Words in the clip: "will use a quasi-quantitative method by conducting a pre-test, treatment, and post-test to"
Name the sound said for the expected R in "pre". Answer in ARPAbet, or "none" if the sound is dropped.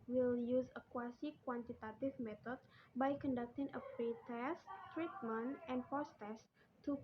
none